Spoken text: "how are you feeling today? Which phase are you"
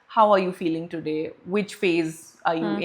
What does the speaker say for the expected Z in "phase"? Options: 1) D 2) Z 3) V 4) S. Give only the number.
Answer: 2